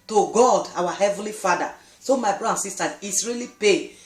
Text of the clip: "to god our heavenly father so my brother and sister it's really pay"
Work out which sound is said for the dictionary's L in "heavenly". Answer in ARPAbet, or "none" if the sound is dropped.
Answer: L